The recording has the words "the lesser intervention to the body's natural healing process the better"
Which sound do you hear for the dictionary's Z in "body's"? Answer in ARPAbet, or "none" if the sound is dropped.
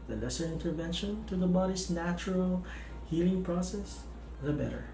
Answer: S